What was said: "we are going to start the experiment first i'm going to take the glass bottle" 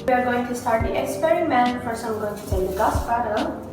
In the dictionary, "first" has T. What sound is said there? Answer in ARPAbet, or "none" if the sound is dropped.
none